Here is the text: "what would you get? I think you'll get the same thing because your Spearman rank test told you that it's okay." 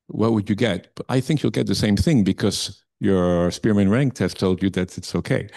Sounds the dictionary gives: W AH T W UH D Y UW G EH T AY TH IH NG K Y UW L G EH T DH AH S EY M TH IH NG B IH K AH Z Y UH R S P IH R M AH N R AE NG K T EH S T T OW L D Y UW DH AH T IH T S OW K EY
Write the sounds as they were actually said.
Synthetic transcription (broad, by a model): W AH T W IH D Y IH G EH T AY TH IH NG K Y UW L G EH T DH AH S EY M TH IH NG B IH K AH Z Y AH R S P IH R M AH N R AE NG K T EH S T T OW L D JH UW DH AH T IH T S OW K EY